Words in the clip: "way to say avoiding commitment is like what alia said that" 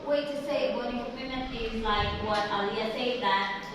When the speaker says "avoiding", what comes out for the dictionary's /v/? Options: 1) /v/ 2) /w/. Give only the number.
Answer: 2